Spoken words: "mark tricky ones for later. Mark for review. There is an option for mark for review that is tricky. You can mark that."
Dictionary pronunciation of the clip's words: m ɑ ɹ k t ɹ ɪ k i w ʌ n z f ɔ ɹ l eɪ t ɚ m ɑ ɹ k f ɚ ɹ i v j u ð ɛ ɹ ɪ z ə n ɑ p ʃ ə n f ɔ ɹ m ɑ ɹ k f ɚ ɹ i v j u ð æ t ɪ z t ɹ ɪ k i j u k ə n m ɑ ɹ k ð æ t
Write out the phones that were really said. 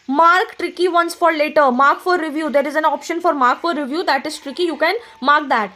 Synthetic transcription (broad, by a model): m ɑ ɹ k t ɹ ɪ k i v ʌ n s f ɔ ɹ l eɪ t ɚ m ɑ ɹ k f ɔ ɹ i v j u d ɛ ɹ ɪ z ə n ɑ p ʃ ə n f ɔ ɹ m ɑ ɹ k f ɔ ɹ i v j u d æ t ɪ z t ɹ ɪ k i j u k ə n m ɑ ɹ k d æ t